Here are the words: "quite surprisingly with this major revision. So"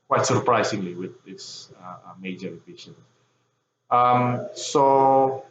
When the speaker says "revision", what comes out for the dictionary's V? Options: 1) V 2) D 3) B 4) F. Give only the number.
3